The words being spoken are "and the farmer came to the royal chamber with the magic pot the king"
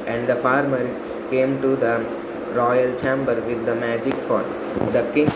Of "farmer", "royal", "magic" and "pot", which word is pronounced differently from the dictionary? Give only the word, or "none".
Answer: pot